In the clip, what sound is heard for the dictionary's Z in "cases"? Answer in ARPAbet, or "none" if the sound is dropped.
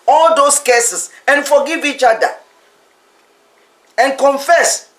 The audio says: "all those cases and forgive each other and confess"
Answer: S